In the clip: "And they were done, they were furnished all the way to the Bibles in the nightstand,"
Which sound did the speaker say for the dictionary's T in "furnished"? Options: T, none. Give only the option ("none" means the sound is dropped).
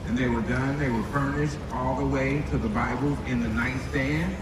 T